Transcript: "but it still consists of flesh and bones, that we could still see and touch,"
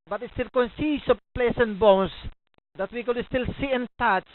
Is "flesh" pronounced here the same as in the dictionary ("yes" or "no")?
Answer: no